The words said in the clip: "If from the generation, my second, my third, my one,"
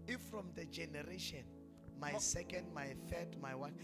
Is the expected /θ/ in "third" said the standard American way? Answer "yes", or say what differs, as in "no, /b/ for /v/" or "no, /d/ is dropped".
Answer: no, /f/ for /θ/